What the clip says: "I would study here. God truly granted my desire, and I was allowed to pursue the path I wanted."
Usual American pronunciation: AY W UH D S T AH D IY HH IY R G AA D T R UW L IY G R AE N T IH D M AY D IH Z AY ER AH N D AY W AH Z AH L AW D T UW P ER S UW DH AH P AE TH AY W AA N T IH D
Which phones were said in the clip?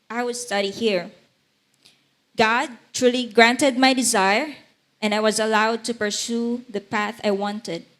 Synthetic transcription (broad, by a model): AY W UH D S T AH D IY HH IY R G AA D T R UW L IY G R AE N T IH D M AY D IH Z AY ER AH N D AY W AH Z AH L AW D T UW P ER S UW DH AH P AE TH AY W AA N T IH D